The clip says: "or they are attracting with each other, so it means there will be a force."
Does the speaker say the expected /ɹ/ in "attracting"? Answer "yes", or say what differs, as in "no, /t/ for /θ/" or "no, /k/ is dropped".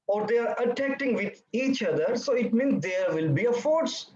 no, /ɹ/ is dropped